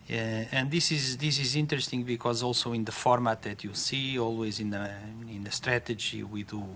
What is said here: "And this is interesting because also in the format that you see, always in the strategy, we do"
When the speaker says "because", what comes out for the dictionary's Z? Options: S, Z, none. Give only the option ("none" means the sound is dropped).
Z